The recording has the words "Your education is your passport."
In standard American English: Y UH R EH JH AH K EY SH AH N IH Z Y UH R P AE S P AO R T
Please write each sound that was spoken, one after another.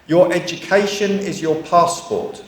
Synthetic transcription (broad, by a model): Y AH R EH JH AH K EY SH AH N IH Z Y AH P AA S P AO T